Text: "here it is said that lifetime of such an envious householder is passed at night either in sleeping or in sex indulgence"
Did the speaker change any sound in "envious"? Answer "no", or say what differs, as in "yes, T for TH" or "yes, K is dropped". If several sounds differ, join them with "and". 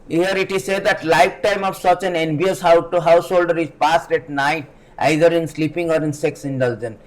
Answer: yes, B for V